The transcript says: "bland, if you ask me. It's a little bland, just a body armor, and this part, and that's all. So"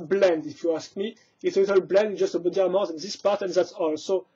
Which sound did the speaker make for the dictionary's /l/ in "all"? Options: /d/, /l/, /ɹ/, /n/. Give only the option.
/l/